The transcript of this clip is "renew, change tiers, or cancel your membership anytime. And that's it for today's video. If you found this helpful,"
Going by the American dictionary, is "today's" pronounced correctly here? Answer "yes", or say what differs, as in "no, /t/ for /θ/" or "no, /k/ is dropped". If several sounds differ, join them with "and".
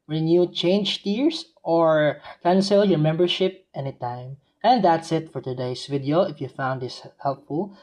no, /s/ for /z/